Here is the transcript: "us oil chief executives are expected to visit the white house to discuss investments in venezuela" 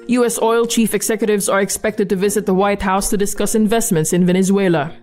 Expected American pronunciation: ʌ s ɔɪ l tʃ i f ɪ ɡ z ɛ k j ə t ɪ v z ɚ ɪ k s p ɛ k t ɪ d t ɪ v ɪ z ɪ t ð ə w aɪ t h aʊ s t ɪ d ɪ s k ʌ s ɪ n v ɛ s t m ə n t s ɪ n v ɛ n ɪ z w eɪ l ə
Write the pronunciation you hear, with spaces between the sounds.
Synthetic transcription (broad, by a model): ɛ s ɔɪ l tʃ i f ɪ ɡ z ɛ k j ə t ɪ v z ɚ ɪ k s p ɛ k t ɪ d t ɪ v ɪ z ɪ t ð ə w aɪ t h aʊ s t ɪ d ɪ s k ʌ s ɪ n v ɛ s t m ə n t s ɪ n v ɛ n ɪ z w eɪ l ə